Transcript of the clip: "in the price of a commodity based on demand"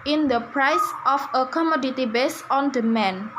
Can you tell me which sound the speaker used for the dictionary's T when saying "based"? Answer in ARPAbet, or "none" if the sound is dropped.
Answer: none